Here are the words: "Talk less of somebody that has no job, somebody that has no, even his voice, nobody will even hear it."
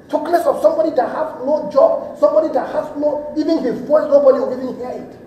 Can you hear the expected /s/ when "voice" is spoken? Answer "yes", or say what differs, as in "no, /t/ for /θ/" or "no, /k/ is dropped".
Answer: no, /s/ is dropped